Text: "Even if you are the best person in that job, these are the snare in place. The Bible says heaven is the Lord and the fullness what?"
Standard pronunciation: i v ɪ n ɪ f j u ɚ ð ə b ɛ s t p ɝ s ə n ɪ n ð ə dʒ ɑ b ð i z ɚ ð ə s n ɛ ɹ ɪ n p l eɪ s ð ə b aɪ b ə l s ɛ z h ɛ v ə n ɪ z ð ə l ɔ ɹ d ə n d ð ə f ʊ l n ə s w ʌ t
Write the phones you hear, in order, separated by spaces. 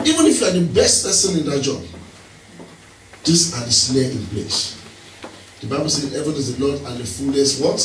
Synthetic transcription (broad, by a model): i v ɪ n ɪ f j u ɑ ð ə b ɛ s t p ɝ s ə n ɪ n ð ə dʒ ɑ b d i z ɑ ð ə s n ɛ ɪ n p l eɪ s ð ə b aɪ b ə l s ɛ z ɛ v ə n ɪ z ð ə l ɔ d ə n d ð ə f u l ə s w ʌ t